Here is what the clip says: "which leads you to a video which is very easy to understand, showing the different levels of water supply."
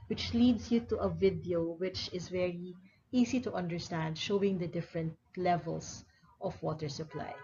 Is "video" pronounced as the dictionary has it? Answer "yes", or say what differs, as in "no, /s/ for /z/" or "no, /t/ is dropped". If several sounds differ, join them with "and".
yes